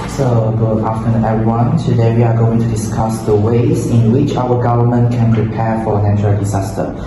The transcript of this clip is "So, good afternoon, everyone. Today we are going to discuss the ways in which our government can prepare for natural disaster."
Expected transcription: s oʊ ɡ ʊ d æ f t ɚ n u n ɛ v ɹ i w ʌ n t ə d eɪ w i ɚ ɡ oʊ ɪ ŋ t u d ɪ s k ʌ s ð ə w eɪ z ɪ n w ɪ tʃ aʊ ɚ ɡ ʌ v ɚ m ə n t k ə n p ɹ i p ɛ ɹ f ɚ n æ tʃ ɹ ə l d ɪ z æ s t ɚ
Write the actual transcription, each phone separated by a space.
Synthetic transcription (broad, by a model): s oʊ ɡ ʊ ɑ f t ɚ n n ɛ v ɹ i w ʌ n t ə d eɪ w i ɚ ɡ oʊ ɪ ŋ t u d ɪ s k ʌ s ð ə w eɪ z ɪ n w ɪ tʃ aʊ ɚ ɡ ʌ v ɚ m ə n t k ə n p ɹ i p ɛ f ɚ n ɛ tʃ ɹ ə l d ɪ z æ s t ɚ